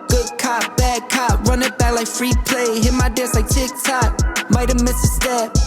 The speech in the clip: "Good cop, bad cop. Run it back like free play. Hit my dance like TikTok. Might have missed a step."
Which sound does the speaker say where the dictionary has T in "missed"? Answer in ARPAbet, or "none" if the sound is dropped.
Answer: none